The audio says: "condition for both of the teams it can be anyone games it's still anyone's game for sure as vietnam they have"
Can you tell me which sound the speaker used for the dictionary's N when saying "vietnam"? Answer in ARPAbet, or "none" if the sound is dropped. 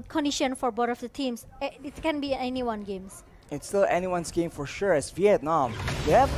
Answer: N